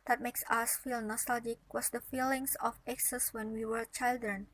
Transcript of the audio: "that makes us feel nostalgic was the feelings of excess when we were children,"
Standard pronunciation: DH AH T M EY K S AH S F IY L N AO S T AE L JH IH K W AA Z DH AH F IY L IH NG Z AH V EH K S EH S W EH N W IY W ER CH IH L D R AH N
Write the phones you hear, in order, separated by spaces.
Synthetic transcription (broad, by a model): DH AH T M EY K S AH S F IY L N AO S T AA L JH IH K W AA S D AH F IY L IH NG S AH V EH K S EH S W EH N W IY W ER CH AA L D R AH N